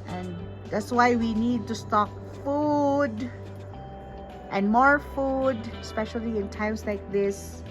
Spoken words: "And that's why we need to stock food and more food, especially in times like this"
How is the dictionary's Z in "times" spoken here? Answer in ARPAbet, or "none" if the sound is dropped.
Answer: S